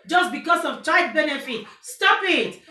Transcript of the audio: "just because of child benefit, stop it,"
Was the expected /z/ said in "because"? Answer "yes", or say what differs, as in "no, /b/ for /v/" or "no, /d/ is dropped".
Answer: no, /s/ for /z/